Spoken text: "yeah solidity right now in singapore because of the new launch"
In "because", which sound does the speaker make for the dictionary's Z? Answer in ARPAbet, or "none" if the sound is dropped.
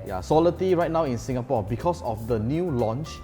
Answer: S